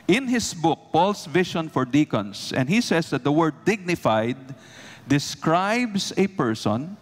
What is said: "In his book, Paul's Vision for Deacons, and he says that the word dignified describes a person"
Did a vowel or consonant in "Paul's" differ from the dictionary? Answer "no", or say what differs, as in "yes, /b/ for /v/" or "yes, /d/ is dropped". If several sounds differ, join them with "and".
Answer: yes, /s/ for /z/